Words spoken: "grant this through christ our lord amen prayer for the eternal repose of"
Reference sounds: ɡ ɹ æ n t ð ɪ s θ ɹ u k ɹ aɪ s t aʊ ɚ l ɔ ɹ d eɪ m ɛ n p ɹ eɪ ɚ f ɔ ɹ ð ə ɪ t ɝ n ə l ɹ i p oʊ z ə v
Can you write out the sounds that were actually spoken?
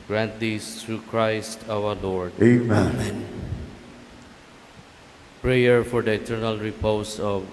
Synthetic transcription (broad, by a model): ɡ ɹ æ n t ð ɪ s t ɹ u k ɹ aɪ s t aʊ ɚ l ɔ ɹ d eɪ m ɛ n p ɹ eɪ ɚ f ɔ ɹ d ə ɪ t ɝ n ə l ɹ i p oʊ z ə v